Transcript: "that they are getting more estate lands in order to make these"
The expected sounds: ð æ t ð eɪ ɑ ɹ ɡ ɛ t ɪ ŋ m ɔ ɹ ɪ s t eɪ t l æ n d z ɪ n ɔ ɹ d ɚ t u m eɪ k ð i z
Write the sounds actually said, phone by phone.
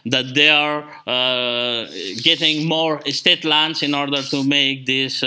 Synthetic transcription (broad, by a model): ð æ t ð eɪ ɑ ɹ ɡ ɛ t ɪ ŋ m ɔ ɹ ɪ s t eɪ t l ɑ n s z ɪ n ɔ ɹ d ɚ t u m eɪ k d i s